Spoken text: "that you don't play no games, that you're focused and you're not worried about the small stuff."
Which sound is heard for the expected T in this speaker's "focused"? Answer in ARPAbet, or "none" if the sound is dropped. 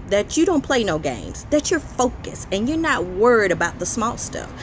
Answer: none